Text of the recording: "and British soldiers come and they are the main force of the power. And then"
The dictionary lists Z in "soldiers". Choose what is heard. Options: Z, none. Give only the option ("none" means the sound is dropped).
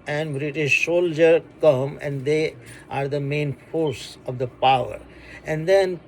none